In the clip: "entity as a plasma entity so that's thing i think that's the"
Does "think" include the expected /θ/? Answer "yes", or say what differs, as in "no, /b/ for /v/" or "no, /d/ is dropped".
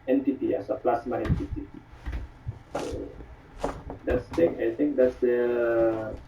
no, /t/ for /θ/